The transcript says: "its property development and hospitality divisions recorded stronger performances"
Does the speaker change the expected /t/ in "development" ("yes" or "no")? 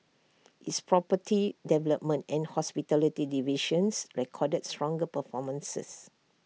no